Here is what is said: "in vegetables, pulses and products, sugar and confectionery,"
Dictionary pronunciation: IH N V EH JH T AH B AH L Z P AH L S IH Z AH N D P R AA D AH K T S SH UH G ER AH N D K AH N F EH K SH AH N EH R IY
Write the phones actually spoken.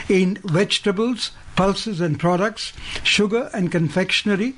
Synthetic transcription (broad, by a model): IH N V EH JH T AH B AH L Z P AH L S IH Z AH N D P R AA D AH K T S SH UH G ER AH N D K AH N F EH K SH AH N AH R IY